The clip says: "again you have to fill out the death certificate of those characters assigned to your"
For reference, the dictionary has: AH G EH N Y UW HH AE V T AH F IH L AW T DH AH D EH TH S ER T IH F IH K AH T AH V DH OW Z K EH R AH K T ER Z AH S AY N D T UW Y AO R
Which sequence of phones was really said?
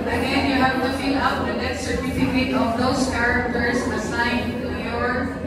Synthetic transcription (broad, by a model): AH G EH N Y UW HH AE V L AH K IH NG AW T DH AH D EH T S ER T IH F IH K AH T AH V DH OW S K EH R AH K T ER S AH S AY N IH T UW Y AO R